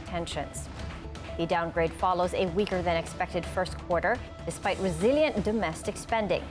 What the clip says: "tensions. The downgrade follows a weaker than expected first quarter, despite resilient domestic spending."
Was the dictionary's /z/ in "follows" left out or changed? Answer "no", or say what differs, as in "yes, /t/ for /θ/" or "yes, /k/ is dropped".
no